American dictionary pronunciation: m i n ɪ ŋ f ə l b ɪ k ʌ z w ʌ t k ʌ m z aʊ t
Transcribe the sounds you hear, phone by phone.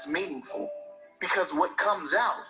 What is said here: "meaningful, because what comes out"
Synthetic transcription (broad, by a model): m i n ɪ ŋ f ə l b ɪ k ʌ z w ʌ t k ʌ m z aʊ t